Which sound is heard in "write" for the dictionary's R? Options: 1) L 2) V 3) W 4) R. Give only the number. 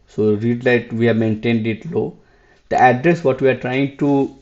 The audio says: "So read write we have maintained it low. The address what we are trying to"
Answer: 1